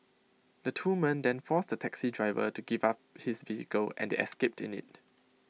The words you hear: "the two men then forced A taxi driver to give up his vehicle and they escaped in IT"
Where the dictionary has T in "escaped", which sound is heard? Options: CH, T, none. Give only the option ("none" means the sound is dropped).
T